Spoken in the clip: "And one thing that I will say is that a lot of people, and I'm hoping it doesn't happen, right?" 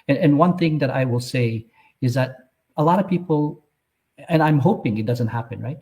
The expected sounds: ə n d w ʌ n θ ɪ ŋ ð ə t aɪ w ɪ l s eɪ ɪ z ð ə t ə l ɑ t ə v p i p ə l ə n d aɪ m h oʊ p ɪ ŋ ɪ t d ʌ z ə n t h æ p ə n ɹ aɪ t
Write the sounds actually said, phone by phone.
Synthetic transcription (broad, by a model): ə n w ʌ n θ ɪ ŋ ð ə t aɪ w ɪ l s eɪ ɪ z ð ə t ə l ɑ t ə v p i p l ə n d aɪ m h oʊ p ɪ ŋ ɪ t d ʌ z ə n t h æ p ə n ɹ aɪ t